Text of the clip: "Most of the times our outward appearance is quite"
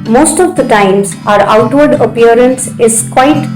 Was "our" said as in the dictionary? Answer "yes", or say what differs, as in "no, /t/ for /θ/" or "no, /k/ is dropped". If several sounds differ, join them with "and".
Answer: yes